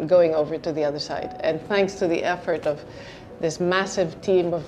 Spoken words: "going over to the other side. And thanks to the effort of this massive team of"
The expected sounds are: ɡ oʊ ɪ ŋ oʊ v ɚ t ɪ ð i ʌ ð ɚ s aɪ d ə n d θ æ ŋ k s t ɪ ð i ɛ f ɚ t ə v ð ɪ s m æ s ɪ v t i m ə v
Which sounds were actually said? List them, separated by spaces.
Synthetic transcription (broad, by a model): ɡ oʊ ɪ ŋ oʊ v ɚ t ɪ ð i ʌ ð ɚ s aɪ d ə n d θ æ ŋ k s t ɪ ð i ɛ f ɚ t ə v ð ɪ s m æ s ɪ v t i m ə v